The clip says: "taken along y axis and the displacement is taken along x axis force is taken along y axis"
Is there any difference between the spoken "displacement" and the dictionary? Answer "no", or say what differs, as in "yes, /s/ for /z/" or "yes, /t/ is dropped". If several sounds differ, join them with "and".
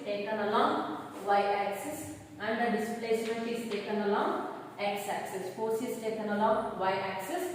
no